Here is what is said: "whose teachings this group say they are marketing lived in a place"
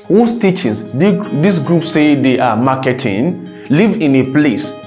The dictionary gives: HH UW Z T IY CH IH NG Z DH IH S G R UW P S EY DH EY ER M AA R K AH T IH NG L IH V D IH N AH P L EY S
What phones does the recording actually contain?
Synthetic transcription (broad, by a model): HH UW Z T IY CH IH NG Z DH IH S G R UW P S EY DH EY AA M AA K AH T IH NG L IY V IH N AH P L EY S